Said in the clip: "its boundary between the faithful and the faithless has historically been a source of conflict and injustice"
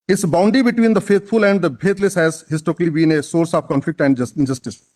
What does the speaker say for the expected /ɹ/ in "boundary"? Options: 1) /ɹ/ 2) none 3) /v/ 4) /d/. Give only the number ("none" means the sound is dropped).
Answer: 2